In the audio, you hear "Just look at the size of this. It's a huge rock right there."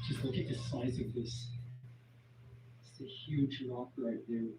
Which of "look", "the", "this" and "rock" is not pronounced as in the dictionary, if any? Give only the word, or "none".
rock